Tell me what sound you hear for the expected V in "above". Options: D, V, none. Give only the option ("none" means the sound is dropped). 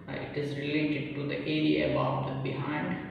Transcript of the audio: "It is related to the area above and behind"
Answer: none